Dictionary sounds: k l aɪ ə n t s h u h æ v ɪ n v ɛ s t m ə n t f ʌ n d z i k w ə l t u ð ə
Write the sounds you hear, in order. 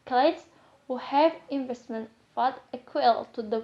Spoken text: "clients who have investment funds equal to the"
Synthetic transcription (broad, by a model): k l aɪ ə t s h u h æ v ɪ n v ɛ s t m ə n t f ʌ d ʌ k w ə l t u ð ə